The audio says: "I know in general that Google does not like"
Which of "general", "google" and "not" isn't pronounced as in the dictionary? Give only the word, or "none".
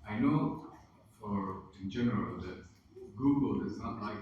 none